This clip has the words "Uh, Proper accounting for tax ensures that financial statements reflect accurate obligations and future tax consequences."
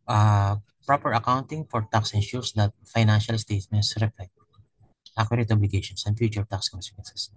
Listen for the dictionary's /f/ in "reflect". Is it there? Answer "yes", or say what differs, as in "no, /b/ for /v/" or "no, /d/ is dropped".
no, /p/ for /f/